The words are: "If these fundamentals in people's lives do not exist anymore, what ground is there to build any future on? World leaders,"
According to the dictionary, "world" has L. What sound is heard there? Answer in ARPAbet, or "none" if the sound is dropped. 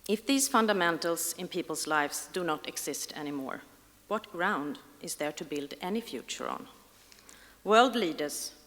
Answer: L